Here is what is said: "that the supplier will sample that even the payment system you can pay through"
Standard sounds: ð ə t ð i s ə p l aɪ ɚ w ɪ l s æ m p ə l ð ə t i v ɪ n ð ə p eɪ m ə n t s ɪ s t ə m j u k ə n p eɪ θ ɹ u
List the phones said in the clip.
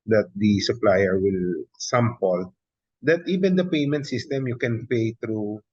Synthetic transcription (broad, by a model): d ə t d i s ə p l aɪ ɚ w ɪ l s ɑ m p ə l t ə t i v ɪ n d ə p eɪ m ə n t s ɪ s t ə m j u k ə n p eɪ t ɹ u